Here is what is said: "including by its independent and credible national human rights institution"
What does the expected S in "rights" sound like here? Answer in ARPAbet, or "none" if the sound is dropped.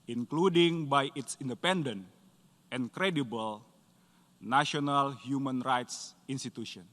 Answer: S